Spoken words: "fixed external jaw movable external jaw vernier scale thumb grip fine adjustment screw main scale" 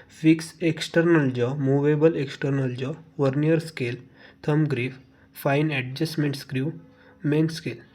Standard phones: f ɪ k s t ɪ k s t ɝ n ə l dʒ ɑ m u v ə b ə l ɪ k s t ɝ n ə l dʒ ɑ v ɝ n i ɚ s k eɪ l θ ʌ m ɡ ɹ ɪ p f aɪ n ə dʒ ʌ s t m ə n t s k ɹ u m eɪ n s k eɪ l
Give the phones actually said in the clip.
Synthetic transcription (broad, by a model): f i k s ɪ k s t ɝ n ə l dʒ ɑ m u v ə b ə l ɪ k s t ɝ n ə l dʒ ɑ v ɝ n i ɚ s k eɪ l t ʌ m ɡ ɹ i f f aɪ n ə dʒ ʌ s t m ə n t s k ɹ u m eɪ n s k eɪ l